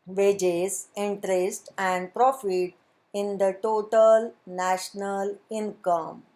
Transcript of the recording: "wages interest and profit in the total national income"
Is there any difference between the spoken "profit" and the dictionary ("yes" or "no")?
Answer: no